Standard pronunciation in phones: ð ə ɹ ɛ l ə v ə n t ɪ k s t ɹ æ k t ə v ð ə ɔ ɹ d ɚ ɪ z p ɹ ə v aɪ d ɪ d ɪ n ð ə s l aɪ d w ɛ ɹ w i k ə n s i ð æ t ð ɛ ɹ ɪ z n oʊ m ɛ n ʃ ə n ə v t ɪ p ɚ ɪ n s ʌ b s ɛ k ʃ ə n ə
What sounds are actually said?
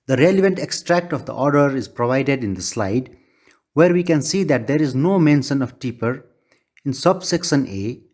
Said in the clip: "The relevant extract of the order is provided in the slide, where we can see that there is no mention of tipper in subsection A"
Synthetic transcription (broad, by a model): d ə ɹ ɛ l ə v ə n t ɪ k s t ɹ æ k t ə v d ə ɔ ɹ d ɚ ɪ z p ɹ ə v aɪ d ɪ d ɪ n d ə s l aɪ d w ɛ ɹ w i k ə n s i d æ t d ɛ ɹ ɪ z n oʊ m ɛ n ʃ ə n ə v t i p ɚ ɪ n s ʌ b s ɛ k s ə n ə